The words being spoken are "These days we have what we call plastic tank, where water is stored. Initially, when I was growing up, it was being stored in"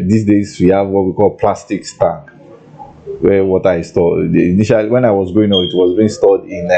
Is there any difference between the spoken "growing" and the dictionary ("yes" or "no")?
yes